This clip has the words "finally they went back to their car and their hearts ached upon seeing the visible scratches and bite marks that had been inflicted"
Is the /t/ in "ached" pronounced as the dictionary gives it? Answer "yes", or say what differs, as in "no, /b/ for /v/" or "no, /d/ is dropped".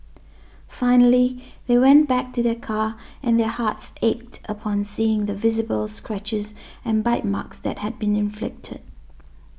yes